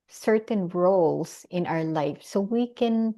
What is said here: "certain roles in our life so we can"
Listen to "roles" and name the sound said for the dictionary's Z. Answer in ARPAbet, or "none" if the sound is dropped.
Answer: S